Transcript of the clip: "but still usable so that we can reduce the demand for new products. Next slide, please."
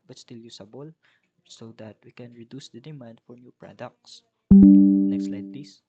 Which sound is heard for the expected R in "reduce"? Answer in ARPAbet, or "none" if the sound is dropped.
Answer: R